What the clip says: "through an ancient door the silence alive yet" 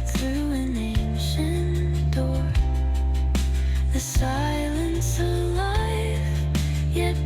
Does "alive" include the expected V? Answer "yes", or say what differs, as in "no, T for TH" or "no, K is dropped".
no, F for V